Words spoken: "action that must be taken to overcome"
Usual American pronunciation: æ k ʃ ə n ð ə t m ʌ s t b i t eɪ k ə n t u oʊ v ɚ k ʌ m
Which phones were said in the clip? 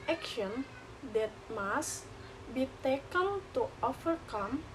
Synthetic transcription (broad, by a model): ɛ k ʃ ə n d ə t m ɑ s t b i t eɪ k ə l t u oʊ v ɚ k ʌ m